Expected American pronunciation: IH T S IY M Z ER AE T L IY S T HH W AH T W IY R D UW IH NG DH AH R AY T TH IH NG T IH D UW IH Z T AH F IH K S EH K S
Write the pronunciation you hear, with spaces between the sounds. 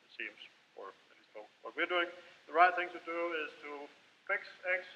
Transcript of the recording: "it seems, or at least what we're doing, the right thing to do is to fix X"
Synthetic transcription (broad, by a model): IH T S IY M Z ER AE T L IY S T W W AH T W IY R D UW IH NG DH AH R AY T TH IH NG T IH D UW IH Z T AH F IH K S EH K S